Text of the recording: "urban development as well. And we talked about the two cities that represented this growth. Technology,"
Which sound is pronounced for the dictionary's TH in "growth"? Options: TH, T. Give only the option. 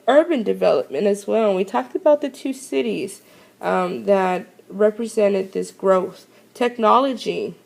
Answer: TH